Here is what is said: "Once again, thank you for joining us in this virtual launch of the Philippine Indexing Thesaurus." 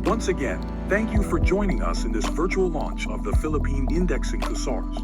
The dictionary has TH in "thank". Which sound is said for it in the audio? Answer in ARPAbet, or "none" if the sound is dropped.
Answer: TH